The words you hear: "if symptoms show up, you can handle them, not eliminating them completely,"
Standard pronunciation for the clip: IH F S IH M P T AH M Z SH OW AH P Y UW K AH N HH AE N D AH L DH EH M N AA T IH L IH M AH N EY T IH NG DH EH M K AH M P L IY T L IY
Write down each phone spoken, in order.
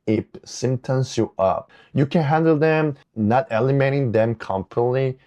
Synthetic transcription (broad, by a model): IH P S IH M T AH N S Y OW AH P Y UW K AH N HH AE N D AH L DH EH M N AA T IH L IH M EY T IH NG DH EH M K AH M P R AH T L IY